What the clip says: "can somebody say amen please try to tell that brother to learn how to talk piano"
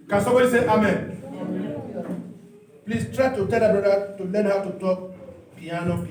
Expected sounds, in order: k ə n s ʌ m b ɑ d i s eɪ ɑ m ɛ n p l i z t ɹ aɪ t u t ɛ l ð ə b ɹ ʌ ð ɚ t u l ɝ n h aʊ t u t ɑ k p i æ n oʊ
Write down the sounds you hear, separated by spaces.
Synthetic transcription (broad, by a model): k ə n s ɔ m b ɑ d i s eɪ ɑ m ɛ n p l i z t ɹ aɪ t u t ɛ l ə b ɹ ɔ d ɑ t u l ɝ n h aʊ t u t ɑ k p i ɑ n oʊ